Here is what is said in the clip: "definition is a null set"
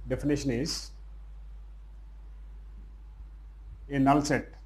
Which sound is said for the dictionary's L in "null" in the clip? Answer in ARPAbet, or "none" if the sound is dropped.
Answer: L